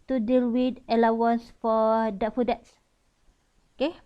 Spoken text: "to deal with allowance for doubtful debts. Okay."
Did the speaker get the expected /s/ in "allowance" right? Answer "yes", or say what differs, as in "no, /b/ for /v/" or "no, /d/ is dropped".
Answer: yes